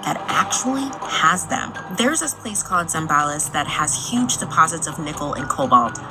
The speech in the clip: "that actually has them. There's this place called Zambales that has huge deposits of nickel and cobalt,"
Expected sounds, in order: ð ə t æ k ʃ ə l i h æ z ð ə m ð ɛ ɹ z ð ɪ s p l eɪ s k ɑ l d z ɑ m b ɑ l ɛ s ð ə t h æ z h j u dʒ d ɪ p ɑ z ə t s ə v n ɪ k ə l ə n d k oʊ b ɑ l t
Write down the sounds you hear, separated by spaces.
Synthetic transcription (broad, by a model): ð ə t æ k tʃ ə l i h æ z ð ə m ð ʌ ɹ z ð ɪ s p l eɪ s k ɑ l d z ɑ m b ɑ l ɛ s ð ə t h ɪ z h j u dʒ d ɪ p ɑ z ə t s ə v n ɪ k l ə n k oʊ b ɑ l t